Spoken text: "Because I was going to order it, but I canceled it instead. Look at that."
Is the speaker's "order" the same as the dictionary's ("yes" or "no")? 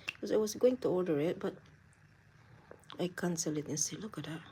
no